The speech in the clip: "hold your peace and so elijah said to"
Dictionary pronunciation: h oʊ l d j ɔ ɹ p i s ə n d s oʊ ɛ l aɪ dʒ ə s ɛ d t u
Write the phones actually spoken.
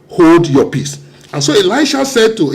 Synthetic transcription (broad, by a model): h oʊ l d j ɔ p i s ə n s oʊ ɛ l aɪ ʃ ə s ɛ d t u